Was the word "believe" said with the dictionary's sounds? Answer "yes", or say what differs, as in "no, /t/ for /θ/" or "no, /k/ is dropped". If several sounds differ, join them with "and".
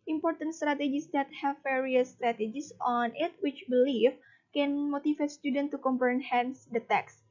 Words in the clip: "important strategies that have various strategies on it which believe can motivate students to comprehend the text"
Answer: no, /f/ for /v/